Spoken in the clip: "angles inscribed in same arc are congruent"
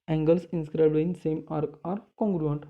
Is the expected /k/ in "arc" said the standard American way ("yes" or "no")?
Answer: yes